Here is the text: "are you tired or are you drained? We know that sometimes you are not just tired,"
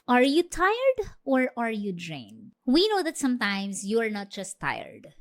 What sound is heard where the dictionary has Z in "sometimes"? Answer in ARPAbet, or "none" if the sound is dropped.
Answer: S